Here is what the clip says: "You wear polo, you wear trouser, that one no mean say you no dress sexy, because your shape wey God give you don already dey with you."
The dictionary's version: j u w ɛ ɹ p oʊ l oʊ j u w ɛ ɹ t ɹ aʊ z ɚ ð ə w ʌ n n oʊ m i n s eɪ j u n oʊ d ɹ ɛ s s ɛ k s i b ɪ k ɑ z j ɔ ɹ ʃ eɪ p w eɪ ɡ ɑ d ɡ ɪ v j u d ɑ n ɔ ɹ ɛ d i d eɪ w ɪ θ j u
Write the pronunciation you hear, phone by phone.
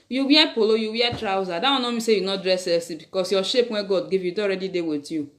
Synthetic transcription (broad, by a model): j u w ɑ p oʊ l oʊ j u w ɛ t ɹ aʊ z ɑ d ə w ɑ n n oʊ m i s eɪ j u n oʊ d ɹ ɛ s s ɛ s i b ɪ k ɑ s j ɔ ʃ eɪ p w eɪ ɡ ɑ d ɡ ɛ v j u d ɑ ɔ ɹ ɛ d i d eɪ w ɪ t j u